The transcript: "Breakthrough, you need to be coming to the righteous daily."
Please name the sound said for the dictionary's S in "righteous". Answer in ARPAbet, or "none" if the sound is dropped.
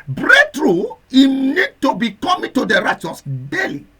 S